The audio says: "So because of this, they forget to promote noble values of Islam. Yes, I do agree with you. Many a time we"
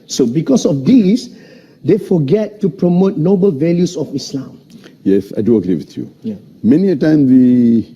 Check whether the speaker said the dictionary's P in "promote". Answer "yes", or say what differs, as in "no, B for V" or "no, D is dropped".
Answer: yes